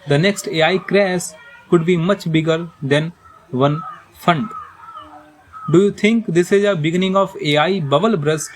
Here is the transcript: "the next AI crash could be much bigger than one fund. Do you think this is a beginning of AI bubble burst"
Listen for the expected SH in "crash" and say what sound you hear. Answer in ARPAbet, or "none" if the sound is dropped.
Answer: S